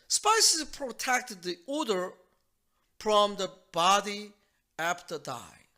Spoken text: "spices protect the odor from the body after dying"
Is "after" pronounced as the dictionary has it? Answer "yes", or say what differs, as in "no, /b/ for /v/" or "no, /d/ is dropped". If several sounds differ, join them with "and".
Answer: no, /p/ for /f/